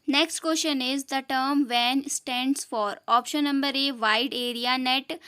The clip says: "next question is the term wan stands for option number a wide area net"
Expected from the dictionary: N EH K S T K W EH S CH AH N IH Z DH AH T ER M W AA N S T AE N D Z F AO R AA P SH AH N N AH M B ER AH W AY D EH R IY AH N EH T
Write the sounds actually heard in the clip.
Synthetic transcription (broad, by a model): N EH K S T K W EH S SH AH N IH Z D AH T ER M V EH N S T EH N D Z F AO R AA P SH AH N N AH M B ER AH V AY D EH R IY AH N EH T